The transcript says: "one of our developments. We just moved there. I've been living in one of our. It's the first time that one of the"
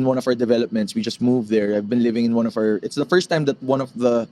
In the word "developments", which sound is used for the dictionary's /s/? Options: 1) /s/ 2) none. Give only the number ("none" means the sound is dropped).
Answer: 1